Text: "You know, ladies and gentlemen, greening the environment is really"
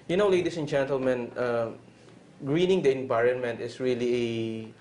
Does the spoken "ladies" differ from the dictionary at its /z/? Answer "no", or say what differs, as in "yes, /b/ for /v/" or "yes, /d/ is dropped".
yes, /s/ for /z/